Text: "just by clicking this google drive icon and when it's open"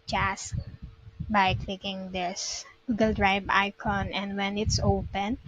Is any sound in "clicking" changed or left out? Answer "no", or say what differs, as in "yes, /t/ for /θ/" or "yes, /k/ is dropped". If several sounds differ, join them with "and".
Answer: no